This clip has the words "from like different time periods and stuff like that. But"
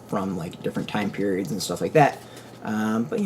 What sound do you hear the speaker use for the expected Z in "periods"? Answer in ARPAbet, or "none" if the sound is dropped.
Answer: Z